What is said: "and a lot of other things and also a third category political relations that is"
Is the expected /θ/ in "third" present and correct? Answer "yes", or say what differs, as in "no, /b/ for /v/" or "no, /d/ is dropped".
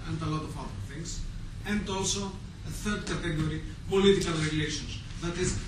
yes